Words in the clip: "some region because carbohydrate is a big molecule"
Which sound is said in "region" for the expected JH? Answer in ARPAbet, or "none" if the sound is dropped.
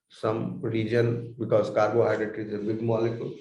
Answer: JH